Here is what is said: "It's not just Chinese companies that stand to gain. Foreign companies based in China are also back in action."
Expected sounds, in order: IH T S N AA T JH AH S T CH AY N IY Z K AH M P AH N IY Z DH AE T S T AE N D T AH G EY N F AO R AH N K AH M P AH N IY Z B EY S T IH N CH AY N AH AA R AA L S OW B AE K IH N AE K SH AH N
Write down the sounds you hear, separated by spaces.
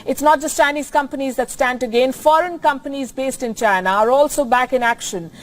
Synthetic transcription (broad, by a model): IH T S N AA T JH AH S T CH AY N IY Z K AH M P AH N IY Z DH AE T S T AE N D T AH G EY N F AO R AH N K AH M P AH N IY Z B EY S T IH N CH AY N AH AA R AA L S OW B AE K IH N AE K SH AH N